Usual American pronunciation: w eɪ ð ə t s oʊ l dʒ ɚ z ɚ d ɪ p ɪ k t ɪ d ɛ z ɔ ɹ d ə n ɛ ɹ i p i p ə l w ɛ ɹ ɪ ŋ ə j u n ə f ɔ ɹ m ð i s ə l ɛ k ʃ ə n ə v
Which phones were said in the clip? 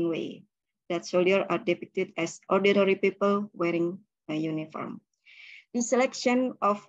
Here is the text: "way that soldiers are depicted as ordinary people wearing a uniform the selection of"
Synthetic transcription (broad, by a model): w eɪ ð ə t s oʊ l ɚ ɑ d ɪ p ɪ k t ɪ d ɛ s ɔ ɹ d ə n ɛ ɹ i p i p ə l w ɛ ɹ ɪ ŋ ə j u n ə f ɔ ɹ m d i s ə l ɛ k ʃ ə n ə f